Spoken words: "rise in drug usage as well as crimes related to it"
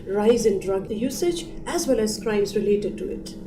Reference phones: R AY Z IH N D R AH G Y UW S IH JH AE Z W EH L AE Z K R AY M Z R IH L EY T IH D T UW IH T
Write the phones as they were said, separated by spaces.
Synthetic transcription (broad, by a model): R AY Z IH N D R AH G Y UW S IH JH AE Z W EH L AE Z K R AY M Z R IH L EY T IH D T UW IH T